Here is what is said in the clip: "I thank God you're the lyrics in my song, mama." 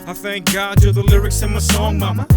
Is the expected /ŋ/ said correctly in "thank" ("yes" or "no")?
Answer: yes